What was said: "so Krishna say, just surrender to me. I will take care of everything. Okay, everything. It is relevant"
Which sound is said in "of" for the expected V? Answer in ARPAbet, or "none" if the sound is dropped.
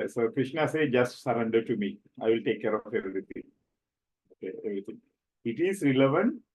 F